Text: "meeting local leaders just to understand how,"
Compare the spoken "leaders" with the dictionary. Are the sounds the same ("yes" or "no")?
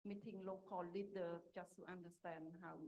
no